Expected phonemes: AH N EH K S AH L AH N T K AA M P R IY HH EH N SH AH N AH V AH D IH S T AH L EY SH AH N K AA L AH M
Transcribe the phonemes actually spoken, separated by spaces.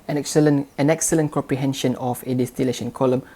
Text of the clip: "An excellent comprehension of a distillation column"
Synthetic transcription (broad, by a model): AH N EH K S AH L AH N T K AA M P R IY HH EH N SH AH N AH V AH D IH S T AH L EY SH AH N K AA L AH M